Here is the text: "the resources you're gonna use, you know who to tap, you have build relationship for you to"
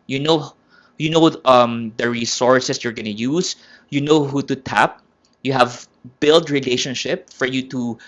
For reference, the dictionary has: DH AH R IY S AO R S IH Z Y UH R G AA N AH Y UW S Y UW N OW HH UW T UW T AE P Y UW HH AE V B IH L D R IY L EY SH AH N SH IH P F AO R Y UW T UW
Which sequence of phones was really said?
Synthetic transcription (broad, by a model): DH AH R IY S AO R S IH S Y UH R G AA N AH Y UW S Y UW N OW HH UW T UW T AE P Y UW HH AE V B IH L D R IY L EY SH AH N SH IH P F AO R Y UW T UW